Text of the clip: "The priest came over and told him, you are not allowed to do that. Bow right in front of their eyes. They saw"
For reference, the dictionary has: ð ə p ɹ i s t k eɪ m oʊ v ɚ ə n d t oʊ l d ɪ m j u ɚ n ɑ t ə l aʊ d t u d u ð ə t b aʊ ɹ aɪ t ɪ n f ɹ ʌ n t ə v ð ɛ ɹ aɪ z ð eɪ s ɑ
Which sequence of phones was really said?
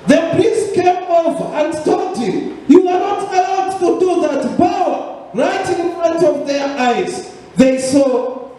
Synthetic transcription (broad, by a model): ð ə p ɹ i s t k eɪ m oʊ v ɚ ə n d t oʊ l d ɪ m j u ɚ n ɑ t ə l aʊ d t u d u ð ə t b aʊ ɹ aɪ t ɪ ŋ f ʌ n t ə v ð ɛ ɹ aɪ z ð eɪ s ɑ